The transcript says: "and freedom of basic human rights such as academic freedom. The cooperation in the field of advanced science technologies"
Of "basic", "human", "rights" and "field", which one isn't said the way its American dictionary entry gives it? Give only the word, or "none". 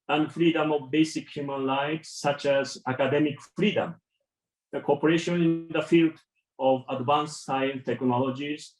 rights